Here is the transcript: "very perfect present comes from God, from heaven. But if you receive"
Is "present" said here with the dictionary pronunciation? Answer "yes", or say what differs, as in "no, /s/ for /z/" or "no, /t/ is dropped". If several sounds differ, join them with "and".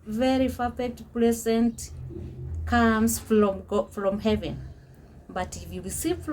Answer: no, /l/ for /ɹ/